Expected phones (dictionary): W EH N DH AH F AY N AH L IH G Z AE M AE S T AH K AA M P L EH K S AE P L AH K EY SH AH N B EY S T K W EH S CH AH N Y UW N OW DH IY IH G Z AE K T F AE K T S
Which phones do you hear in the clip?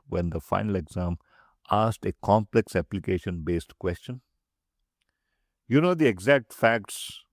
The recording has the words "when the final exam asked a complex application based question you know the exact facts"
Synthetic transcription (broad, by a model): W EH N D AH F AY N AH L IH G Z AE M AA S T AH K AA M P L EH K S AE P L AH K EY SH AH N B EY S T K W EH S CH AH N Y UW N OW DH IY IH G Z AE K T F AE K T S